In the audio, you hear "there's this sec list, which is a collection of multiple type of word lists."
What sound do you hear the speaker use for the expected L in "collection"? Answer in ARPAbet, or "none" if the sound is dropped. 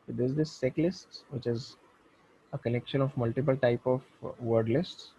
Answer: N